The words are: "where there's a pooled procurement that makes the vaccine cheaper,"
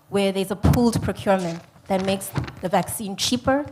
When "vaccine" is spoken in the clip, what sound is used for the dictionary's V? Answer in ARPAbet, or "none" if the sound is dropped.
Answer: V